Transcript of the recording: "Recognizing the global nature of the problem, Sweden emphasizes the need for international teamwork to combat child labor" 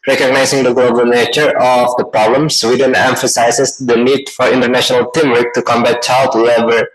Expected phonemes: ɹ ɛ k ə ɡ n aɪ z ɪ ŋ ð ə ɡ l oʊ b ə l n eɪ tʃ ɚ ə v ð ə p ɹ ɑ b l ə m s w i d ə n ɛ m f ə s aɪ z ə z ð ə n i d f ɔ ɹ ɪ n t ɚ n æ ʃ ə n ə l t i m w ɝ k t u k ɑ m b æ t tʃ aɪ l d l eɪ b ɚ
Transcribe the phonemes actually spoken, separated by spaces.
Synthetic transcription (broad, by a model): ɹ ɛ k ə ɡ n aɪ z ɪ ŋ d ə ɡ l oʊ b ə l n eɪ tʃ ɚ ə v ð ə p ɹ ɑ b l ə m s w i d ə n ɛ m f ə s aɪ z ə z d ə n i d f ɔ ɹ ɪ n t ɚ n æ ʃ ə n ə l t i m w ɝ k t u k ɑ m b æ t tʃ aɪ l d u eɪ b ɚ